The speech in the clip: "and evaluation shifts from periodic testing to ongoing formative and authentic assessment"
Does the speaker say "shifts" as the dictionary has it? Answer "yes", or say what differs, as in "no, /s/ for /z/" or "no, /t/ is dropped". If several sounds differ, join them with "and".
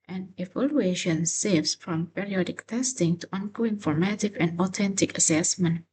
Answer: no, /s/ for /ʃ/